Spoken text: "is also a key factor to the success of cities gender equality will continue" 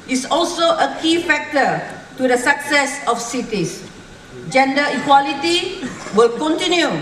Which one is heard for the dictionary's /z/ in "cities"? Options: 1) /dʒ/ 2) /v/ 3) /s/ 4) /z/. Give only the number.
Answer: 3